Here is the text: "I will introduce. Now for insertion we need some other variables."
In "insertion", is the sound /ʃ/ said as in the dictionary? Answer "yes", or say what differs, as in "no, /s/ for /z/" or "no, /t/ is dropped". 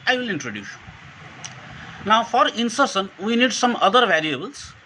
no, /s/ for /ʃ/